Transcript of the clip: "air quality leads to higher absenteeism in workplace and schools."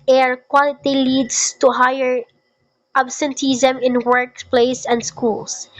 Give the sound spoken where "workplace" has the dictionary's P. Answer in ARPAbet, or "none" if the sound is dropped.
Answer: P